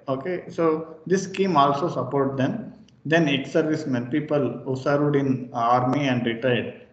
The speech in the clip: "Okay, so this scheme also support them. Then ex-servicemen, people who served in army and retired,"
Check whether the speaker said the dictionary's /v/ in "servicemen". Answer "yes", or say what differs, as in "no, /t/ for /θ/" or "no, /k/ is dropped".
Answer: yes